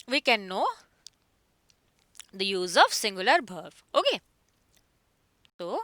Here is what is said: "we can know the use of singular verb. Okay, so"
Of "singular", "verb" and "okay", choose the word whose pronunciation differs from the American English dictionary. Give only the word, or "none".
verb